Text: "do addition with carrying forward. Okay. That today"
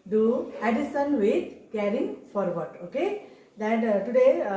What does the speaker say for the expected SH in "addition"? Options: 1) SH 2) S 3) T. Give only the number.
2